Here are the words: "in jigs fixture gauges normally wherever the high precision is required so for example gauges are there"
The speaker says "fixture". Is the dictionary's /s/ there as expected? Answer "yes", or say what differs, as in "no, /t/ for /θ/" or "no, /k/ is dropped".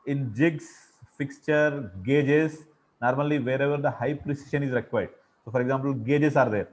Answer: yes